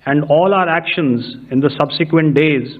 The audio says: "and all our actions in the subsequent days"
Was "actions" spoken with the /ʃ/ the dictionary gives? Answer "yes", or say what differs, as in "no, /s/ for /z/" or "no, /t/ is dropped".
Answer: yes